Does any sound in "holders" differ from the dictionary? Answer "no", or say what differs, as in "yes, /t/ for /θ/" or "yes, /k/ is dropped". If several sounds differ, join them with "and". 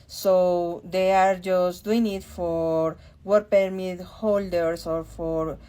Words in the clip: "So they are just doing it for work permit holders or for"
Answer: yes, /s/ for /z/